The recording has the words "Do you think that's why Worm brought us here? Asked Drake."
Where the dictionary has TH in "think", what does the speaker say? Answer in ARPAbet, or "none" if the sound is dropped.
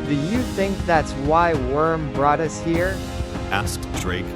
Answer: TH